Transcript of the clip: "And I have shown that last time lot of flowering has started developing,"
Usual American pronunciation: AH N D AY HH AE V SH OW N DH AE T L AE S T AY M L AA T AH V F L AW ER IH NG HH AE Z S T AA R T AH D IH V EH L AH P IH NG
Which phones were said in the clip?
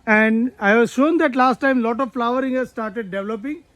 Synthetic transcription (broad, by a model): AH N D AY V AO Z SH OW N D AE T L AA S T AY M L AA T AH V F L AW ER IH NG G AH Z S T AA R T AH D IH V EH L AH P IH NG